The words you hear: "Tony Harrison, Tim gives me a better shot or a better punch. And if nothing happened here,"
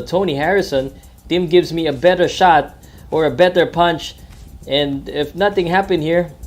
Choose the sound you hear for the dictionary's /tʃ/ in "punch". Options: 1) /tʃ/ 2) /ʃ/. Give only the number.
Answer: 1